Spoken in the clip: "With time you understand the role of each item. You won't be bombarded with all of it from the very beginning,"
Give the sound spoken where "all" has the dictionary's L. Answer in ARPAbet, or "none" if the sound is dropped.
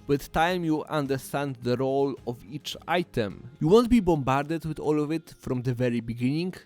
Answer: L